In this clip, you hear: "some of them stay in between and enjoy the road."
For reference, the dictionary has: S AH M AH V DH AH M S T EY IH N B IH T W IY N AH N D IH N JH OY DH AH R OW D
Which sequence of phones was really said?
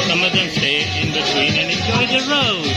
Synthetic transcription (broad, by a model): S AH M AH V DH AH M S T EY IH N B IH T W IY N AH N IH N JH OY DH AH R OW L